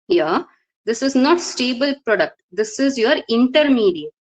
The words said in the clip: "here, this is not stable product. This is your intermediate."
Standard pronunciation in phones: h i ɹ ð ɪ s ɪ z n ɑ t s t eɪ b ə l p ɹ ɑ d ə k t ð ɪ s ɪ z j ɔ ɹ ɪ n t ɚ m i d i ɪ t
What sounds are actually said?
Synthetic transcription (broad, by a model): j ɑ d ɪ s ɪ z n ɑ t s t eɪ b ə l p ɹ ɑ d ə k t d ɪ s ɪ z j ɔ ɹ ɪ n t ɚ m i d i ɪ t